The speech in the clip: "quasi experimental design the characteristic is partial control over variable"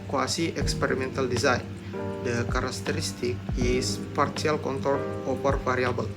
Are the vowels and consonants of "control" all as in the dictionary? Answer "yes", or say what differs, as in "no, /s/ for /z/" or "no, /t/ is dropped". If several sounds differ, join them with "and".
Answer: no, /ɹ/ is dropped